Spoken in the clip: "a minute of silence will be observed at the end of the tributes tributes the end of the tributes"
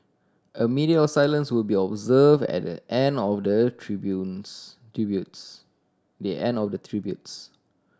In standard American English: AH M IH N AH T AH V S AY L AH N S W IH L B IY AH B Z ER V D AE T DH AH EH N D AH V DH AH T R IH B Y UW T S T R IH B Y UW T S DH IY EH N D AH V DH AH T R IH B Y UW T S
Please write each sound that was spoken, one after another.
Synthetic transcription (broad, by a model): AH M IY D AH AH S AY L AH N S W IH L B IY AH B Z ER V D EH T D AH EH N D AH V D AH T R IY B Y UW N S T R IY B Y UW T S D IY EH N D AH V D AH T R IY B Y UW T S